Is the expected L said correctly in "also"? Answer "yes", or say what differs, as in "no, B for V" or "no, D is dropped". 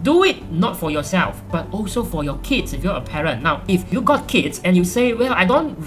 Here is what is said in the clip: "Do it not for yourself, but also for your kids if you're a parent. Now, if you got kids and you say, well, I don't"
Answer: yes